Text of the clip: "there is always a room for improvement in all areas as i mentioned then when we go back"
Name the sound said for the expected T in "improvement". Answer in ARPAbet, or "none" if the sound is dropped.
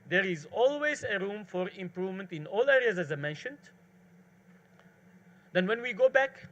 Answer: T